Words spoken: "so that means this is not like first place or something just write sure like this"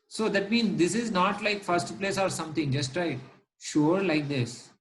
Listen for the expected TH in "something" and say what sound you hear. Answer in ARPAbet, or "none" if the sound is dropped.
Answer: T